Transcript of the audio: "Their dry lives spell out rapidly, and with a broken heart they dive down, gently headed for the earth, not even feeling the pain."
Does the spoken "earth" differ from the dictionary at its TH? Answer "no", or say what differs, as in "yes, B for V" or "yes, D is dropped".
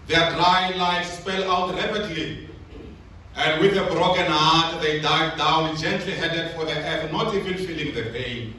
yes, F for TH